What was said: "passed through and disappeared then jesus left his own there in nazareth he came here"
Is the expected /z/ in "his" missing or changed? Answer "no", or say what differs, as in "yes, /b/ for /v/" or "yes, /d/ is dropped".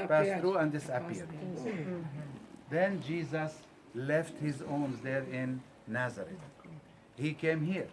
no